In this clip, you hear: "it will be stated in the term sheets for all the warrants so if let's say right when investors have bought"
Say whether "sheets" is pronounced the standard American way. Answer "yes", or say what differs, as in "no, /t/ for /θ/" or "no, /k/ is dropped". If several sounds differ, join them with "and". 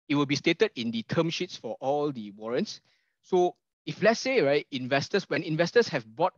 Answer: yes